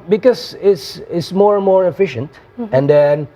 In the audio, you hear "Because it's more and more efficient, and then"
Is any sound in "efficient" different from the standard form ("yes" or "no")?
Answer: no